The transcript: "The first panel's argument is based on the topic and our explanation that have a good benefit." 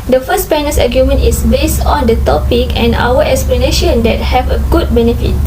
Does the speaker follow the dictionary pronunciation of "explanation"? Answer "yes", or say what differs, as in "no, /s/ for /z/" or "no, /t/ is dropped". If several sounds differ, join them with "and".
yes